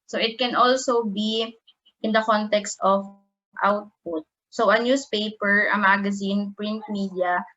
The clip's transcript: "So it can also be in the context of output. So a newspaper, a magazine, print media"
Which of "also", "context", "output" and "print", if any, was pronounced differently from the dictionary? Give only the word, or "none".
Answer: none